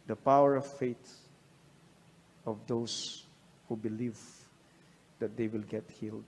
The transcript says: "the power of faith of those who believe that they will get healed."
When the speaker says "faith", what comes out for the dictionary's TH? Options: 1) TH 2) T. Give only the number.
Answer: 2